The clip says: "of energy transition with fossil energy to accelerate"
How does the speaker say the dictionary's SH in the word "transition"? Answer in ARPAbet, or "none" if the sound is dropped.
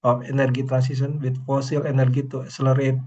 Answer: S